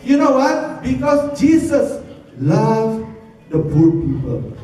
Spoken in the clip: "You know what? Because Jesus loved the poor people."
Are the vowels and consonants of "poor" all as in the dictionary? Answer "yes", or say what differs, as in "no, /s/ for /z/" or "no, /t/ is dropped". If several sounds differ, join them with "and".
no, /b/ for /p/